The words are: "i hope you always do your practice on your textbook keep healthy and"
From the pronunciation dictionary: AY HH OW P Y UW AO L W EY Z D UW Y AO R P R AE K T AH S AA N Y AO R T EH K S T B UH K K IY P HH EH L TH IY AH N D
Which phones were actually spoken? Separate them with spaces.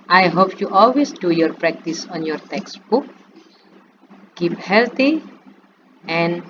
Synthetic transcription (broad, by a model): AY HH OW P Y UW AO L W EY S D UW Y AO R P R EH K T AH S AA N Y AO R T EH K S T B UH K K IY P HH EH L T IY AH N